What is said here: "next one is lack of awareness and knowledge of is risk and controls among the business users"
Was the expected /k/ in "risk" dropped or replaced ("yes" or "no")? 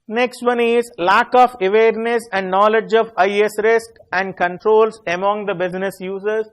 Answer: no